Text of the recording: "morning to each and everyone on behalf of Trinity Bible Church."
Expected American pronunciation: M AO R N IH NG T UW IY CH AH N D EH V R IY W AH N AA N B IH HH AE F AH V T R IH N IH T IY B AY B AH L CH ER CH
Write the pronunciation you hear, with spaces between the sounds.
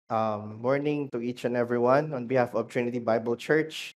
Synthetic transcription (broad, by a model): M AO R N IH NG T UW IY CH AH N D EH V R IY W AH N AA N B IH HH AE F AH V T R IH N IH T IY B AY B AH L CH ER CH